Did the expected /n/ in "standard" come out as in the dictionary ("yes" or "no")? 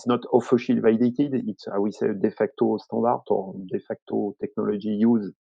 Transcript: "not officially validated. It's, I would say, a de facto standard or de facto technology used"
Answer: no